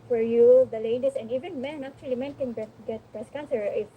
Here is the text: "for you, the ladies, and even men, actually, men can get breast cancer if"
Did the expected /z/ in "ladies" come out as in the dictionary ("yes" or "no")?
no